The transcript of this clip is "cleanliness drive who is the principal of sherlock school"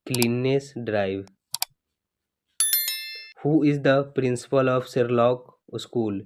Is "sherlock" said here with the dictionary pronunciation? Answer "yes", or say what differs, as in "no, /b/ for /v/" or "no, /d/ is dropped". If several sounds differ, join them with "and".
no, /s/ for /ʃ/